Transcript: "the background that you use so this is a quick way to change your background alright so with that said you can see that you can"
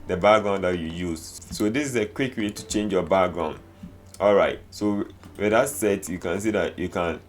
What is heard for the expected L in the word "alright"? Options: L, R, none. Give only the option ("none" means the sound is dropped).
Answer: L